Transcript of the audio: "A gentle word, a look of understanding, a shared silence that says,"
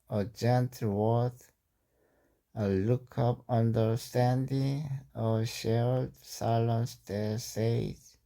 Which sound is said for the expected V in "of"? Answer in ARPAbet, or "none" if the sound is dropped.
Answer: P